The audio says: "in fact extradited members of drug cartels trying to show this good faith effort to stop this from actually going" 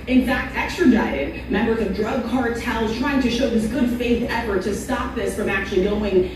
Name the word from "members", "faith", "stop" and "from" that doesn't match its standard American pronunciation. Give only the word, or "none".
none